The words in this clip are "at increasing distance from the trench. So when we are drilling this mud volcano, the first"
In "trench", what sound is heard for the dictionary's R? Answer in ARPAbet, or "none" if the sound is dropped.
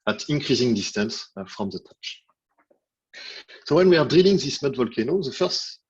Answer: none